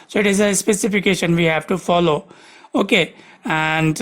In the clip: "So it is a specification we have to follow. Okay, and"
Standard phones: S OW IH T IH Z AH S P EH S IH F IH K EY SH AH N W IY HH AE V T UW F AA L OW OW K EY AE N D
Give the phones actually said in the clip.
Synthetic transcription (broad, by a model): S OW IH T IH Z AH S P EH S IH F IH K EY SH AH N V IY HH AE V T UW F AA L OW OW K EY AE N D